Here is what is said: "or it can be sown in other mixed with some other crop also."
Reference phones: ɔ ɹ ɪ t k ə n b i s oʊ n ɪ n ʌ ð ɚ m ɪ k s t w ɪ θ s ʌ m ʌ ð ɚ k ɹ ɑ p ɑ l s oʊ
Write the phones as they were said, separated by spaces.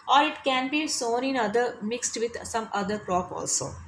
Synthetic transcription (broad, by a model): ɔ ɹ ɪ t k ə n b i s oʊ n ɪ n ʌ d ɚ m ɪ k s t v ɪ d s ʌ m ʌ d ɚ k ɹ ɑ p ɑ l s oʊ